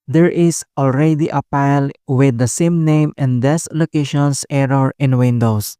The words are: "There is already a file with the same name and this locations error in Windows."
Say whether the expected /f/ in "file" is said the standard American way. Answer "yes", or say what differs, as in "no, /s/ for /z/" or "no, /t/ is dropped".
no, /p/ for /f/